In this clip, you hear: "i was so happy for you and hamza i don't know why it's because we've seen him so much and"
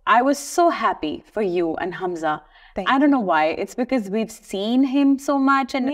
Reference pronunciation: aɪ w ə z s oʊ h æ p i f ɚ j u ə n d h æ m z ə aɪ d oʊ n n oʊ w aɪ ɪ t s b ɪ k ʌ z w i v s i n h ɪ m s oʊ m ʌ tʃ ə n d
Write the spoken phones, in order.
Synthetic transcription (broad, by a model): aɪ w ə z s oʊ h æ p i f ɚ j u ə n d h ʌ m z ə aɪ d oʊ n n oʊ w aɪ ɪ t s b ɪ k ʌ z w i v s i n h ɪ m s oʊ m ʌ tʃ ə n